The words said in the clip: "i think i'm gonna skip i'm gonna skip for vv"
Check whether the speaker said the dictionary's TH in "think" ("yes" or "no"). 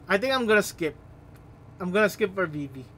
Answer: no